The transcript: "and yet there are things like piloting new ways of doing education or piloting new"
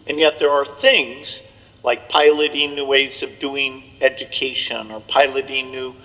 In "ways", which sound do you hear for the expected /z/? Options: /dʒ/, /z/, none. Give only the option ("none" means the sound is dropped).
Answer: /z/